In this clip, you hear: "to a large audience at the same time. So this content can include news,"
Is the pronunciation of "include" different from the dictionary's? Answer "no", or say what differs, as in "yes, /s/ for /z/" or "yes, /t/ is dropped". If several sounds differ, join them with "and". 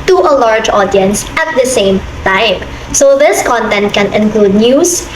no